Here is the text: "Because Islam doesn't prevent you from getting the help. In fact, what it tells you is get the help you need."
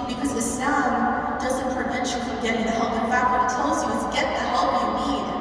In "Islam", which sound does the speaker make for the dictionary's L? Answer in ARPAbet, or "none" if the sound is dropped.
none